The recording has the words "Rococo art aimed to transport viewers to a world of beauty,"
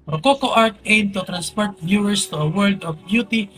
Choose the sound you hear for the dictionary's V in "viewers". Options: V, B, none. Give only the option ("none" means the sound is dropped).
B